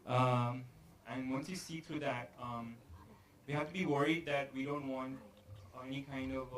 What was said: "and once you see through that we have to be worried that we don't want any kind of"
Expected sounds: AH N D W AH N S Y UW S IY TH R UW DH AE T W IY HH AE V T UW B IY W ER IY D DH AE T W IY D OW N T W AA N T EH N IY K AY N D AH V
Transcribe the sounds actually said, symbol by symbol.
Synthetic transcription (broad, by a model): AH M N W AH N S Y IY S IY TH R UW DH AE T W IY HH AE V T UW B IY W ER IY D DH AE T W IY D OW N T W AA N T EH N IY K AY N D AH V